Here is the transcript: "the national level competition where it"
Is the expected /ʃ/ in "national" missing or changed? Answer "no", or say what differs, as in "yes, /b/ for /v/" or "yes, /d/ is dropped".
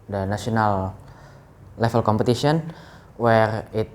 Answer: yes, /s/ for /ʃ/